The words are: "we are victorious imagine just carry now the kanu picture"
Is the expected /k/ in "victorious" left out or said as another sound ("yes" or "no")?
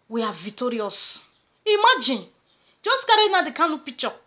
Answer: yes